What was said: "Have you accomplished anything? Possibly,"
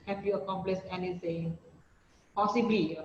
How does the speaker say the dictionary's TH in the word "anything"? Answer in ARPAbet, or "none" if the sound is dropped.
S